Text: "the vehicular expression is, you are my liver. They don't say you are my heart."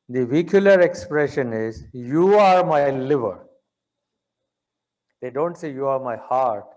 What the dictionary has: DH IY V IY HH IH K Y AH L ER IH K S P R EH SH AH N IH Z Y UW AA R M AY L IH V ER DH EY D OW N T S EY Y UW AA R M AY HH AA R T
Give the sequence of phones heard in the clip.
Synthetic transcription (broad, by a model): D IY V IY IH K Y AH L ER IH K S P R EH SH AH N IH Z Y UW AA R M AY L IH V ER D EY D OW N T S EY Y UW AA R M AY HH AA R T